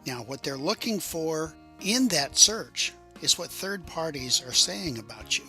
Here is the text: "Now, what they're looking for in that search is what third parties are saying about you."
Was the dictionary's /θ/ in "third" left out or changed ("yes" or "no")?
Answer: no